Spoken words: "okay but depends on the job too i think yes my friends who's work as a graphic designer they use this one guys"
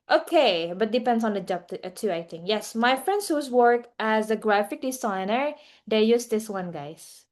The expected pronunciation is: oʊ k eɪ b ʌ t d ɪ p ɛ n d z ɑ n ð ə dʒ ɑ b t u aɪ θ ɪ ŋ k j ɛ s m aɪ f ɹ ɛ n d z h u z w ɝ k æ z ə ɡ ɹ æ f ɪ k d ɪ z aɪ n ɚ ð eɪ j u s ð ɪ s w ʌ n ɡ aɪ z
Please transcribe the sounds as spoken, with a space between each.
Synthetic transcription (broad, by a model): oʊ k eɪ b ʌ t d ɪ p ɛ n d s ɑ n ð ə dʒ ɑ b t u aɪ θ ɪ ŋ k j ɛ s m aɪ f ɹ ɛ n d s h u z w ɝ k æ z ə ɡ ɹ æ f ɪ k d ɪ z aɪ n ɚ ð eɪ j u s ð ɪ s w ʌ n ɡ aɪ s